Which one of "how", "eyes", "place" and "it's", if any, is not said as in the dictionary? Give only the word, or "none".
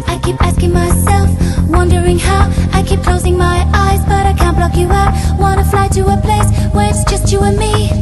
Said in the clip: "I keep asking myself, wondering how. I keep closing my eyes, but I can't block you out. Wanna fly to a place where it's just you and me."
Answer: none